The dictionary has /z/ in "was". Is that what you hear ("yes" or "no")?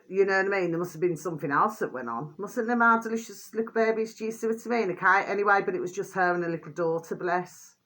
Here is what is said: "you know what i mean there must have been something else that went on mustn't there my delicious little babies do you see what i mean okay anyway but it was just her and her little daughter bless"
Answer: yes